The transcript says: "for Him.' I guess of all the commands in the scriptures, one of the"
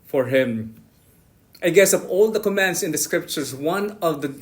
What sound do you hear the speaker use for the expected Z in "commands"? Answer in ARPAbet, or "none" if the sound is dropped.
S